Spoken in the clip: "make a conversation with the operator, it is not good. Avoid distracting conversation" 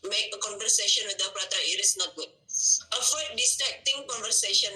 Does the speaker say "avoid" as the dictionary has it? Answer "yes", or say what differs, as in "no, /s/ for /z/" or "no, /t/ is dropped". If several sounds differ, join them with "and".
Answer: no, /f/ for /v/